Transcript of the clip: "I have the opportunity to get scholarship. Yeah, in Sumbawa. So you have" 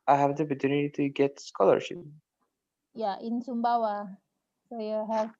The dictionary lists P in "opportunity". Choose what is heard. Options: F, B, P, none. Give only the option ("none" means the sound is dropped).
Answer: P